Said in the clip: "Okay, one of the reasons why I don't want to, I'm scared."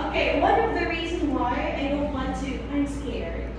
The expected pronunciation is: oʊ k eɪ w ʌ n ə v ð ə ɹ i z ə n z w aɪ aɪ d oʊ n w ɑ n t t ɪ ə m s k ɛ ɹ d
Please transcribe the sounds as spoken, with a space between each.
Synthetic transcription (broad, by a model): oʊ k eɪ w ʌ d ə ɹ ð ə ɹ i z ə n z w aɪ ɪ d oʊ l w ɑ n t t ɪ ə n s k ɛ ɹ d